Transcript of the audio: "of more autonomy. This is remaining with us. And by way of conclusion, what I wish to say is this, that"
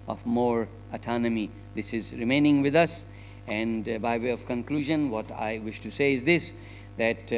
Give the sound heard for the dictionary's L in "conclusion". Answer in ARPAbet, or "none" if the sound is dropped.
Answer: L